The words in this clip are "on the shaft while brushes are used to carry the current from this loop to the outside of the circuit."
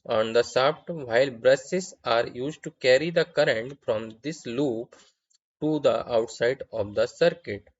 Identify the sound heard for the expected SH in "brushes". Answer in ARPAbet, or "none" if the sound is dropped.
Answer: S